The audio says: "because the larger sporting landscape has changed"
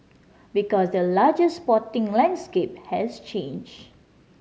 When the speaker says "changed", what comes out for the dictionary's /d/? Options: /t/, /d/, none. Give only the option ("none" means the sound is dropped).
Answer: none